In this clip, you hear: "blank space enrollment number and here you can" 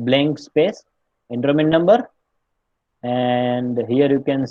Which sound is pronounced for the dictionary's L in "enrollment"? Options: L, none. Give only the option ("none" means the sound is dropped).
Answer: none